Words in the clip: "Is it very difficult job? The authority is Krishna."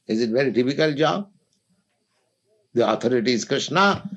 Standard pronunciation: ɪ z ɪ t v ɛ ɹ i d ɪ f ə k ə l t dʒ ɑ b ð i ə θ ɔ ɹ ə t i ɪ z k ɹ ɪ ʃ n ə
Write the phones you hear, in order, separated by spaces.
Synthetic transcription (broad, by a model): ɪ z ɪ t v ɛ ɹ i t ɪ p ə k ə l dʒ ɑ b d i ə t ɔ ɹ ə t i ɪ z k ɹ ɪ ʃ n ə